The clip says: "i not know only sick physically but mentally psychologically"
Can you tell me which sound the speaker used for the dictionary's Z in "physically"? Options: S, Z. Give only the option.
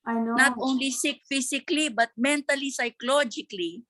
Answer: S